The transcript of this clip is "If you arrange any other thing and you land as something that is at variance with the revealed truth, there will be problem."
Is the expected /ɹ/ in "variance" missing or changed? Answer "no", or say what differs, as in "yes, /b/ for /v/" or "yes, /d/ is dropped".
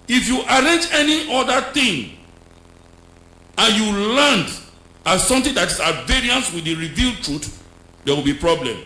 no